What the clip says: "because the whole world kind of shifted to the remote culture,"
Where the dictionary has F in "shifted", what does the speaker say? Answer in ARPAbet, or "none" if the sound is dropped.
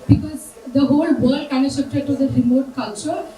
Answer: P